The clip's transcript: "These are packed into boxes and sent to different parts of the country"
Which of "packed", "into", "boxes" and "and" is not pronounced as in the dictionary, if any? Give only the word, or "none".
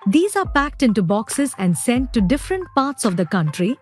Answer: none